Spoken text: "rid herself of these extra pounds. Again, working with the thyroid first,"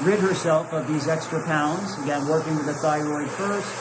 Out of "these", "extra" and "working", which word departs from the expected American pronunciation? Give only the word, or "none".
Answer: none